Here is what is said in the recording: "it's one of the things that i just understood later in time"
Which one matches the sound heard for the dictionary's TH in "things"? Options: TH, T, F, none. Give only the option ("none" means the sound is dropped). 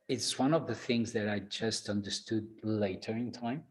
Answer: TH